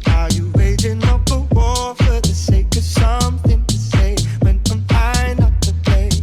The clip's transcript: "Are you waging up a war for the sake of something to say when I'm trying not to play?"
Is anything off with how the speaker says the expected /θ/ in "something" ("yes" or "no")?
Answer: no